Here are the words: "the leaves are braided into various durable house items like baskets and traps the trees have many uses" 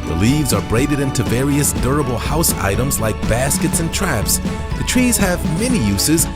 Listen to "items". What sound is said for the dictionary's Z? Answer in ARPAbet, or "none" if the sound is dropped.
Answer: Z